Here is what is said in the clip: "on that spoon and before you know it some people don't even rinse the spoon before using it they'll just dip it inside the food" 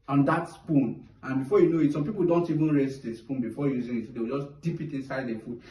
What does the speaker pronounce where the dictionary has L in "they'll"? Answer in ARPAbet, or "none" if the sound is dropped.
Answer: W